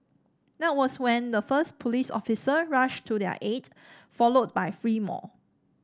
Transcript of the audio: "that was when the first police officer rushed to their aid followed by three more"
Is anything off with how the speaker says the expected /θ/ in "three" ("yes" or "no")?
yes